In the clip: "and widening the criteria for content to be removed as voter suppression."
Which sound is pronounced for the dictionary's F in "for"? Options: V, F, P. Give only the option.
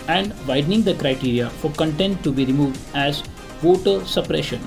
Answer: F